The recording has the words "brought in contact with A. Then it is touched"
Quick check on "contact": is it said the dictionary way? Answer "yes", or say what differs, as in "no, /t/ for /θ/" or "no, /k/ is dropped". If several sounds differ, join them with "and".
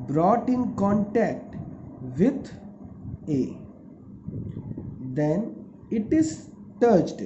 yes